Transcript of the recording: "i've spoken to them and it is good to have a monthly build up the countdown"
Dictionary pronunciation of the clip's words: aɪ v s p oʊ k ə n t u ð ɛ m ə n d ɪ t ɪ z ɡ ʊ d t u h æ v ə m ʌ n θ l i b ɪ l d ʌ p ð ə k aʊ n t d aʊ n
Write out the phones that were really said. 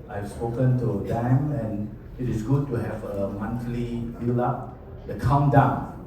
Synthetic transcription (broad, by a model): aɪ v s p oʊ k ə n t u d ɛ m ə n ɪ t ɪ s ɡ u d t u h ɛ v ə m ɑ n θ l i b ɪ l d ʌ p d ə k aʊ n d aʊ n